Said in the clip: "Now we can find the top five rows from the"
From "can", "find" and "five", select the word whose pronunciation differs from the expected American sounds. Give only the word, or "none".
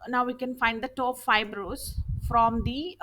five